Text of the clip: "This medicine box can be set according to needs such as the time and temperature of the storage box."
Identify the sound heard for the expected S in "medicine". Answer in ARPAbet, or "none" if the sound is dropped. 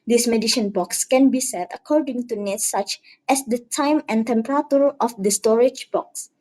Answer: SH